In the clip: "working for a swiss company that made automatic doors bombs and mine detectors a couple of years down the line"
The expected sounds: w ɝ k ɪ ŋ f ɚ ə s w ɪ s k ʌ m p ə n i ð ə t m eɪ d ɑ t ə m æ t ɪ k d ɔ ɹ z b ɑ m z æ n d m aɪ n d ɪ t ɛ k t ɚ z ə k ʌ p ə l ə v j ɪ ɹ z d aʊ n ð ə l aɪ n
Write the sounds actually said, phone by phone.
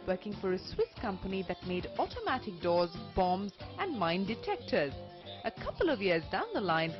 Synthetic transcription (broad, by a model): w ɝ k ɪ ŋ f ɚ ə s w ɪ s k ʌ m p ə n i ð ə t m eɪ d ɑ t ə m æ t ɪ k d ɔ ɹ z b ɑ m z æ n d m aɪ n d ɪ t ɛ k t ɚ z ə k ʌ p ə l ə v j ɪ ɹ z d aʊ n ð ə l aɪ n